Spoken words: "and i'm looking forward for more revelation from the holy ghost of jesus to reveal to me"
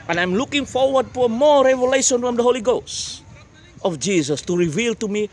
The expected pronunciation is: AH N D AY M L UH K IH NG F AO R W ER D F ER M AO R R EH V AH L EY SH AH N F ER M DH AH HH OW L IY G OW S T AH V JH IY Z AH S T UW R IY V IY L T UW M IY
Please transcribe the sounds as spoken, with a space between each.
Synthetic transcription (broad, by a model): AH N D AY M L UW K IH NG F AO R W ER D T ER M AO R R EH V AH L EY SH AH N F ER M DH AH HH OW L IY G OW S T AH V JH IY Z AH S T UW R IY V IY L T UW M IY